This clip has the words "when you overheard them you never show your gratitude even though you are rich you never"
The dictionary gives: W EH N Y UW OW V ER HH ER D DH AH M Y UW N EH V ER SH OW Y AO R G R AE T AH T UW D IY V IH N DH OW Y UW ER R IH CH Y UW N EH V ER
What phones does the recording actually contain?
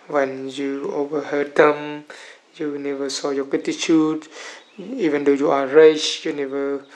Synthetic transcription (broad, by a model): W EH N Y UW OW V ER HH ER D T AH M Y UW N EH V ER S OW Y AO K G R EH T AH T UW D IY V IH N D OW Y UW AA R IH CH Y UW N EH V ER